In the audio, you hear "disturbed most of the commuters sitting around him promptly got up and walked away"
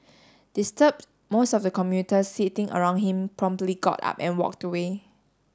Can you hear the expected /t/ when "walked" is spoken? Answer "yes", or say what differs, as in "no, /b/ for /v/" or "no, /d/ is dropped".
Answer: yes